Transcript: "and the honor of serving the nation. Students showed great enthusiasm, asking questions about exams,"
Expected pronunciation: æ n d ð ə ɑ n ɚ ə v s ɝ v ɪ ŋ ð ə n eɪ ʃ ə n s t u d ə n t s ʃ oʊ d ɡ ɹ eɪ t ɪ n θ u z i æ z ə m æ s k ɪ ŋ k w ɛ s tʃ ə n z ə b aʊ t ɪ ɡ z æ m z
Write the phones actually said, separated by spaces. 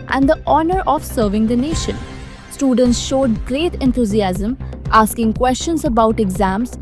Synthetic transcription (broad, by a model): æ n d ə ɑ n ɚ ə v s ɝ v ɪ ŋ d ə n eɪ ʃ ə n s t u d ə n t s ʃ oʊ d ɡ ɹ eɪ t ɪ n t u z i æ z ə m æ s k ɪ ŋ k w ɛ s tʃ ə n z ə b aʊ t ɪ ɡ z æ m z